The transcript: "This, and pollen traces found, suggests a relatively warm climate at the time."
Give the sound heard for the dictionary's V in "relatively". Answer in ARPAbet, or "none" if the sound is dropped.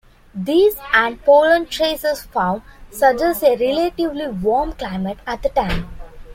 V